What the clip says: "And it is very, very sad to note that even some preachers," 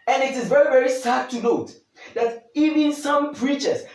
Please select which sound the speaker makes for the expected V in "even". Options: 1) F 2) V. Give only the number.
2